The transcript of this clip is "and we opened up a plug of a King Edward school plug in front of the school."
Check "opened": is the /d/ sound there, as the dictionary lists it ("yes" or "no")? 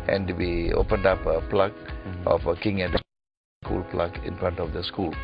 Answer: yes